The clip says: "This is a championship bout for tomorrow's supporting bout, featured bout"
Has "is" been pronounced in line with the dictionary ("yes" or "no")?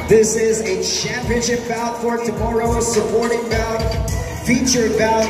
yes